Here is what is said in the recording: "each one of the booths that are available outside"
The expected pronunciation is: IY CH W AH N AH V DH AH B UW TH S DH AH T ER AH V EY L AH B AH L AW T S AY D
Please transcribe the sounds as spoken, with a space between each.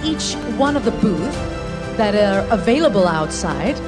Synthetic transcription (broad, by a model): IY CH W AH N AH V DH AH B UW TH DH AH T ER AH V EY L AH B AH L AW T S AY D